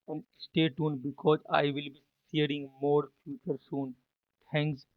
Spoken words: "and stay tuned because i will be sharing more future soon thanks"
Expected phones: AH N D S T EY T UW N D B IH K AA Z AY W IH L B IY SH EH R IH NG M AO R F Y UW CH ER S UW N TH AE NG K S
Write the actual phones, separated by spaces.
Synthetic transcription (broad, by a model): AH N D S T EY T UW N B IH K AA Z AY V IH L B IY S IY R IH NG M AO R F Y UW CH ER S UW N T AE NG K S